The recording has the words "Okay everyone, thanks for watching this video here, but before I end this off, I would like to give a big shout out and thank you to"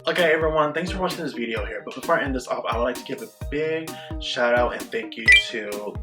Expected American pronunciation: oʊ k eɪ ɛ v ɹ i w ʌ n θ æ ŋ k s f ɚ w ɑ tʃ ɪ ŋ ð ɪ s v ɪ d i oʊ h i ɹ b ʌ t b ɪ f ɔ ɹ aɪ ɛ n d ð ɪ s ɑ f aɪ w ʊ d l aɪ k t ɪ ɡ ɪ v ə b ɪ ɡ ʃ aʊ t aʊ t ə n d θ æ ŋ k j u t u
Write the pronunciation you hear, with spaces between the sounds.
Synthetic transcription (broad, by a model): oʊ k eɪ ɛ v ɹ i w ʌ n θ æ ŋ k s f ɚ w ɑ tʃ ɪ ŋ ð ɪ s v ɪ d i oʊ h i ɹ b ʌ t b ɪ f ɔ ɹ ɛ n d ð ɪ s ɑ p aɪ w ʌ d l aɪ k t ɪ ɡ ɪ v ə b ɪ ɡ ʃ aʊ t aʊ t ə n θ æ ŋ k j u t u